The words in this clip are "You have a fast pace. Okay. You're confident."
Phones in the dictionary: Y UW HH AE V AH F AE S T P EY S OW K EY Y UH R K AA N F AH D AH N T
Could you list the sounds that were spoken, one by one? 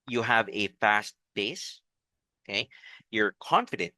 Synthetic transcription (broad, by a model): Y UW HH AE V AH F AE S T B EY S OW K EY Y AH R K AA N F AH D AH N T